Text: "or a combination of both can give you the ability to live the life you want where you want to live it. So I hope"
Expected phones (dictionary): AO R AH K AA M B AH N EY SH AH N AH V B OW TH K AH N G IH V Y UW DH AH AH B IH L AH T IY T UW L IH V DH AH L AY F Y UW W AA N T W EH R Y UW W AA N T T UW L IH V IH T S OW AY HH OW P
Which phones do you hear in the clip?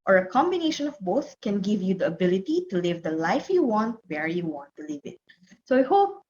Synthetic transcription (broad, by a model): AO R AH K AA M B AH N EY SH AH N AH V B OW TH K AH N G IH V Y UW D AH AH B IH L AH T IY T UW L IH V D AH L AY F Y UW W AA N T W EH R Y UW W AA N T T UW L IH V IH T S OW AY HH OW P